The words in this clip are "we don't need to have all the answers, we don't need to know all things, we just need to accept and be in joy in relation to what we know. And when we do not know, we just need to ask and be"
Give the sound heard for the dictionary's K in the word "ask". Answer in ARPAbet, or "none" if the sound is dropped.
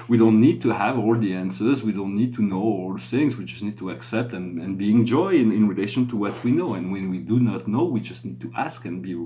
K